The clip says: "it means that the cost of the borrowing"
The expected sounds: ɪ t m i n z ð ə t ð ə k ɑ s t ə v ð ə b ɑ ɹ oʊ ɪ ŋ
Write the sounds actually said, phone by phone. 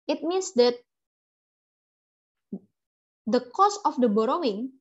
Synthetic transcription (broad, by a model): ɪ t m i n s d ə t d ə k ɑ s ə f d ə b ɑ ɹ oʊ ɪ ŋ